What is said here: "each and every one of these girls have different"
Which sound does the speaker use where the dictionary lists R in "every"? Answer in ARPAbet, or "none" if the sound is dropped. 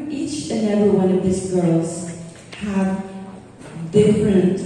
none